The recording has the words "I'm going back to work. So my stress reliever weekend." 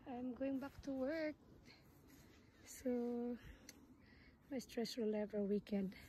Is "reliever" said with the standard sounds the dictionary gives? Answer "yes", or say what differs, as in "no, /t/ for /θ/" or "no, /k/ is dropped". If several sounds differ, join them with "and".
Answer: no, /w/ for /ɹ/